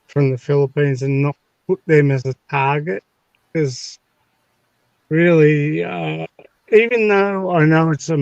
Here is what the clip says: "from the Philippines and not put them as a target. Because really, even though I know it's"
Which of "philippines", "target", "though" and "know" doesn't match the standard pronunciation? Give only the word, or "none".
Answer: none